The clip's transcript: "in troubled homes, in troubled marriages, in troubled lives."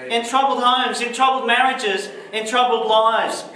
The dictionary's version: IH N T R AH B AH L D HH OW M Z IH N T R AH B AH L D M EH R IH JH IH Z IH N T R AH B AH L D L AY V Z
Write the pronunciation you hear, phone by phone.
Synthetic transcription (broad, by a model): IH N T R AH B L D HH OW M Z IH N T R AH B L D M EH R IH JH IH Z IH N T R AH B L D L AY V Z